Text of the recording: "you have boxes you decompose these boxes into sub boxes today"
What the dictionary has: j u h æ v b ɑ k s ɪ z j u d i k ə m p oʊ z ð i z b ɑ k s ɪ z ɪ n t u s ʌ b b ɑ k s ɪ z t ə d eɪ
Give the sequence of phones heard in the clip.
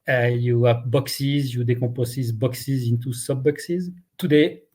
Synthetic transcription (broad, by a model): j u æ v b ɑ k s ɪ z j u d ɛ k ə p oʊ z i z b ɑ k s ɪ z ɪ n t u s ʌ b b ɑ k s ɪ z t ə d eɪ